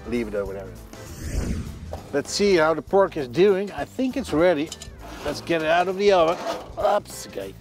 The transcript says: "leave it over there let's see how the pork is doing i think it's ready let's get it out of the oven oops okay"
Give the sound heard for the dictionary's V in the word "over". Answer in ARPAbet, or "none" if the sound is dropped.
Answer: W